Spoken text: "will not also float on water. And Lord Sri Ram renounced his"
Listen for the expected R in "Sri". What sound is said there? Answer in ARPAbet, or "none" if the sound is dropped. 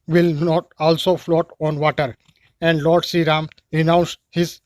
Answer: none